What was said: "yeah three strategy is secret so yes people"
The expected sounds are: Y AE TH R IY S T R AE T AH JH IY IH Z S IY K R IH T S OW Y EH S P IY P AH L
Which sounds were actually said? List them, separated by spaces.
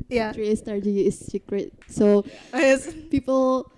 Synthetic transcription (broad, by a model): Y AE T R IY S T AA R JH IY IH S S IY K R IH T S OW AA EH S P IY P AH L